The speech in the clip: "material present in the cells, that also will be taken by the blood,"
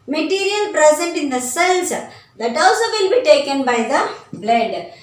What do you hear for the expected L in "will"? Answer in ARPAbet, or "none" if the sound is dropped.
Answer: N